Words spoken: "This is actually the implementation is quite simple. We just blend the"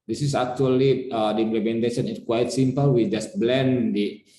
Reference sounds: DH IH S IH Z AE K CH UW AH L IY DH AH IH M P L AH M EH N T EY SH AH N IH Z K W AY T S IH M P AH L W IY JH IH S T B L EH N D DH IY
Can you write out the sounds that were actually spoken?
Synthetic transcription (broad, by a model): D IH S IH S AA K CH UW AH L IY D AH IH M P L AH M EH N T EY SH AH N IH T K W AY T S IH M P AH L W IY JH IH S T B L EH N D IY